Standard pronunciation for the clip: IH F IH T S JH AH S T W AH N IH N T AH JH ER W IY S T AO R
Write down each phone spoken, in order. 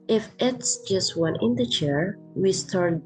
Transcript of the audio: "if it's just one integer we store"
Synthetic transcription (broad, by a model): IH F IH T S JH AH S T W AH N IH N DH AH CH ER W IY S T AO R